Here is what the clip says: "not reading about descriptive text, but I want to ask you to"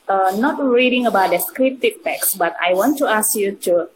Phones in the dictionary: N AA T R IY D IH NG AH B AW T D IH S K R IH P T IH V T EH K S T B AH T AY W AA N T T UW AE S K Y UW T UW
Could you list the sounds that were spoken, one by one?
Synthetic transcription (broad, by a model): N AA T R IY D IH NG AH B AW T D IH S K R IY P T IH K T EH K S B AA T AY W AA N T T UW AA S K Y UW T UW